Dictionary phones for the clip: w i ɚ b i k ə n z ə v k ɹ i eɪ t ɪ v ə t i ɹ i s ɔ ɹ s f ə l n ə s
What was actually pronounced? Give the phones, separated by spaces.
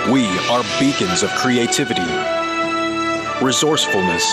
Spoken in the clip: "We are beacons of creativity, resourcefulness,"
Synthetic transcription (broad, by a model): w i ɚ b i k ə n z ə v k ɹ i eɪ t ɪ v ə t i ɹ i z ɔ ɹ s f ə l n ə s